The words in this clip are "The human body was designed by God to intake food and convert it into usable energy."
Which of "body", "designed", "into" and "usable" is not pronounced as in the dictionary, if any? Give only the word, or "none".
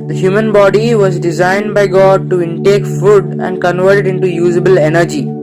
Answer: none